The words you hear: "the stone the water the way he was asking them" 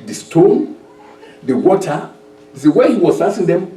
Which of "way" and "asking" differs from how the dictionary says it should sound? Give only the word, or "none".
asking